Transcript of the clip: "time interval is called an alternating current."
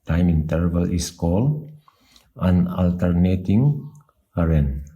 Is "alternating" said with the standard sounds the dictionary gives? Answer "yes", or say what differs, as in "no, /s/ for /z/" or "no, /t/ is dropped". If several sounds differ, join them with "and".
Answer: yes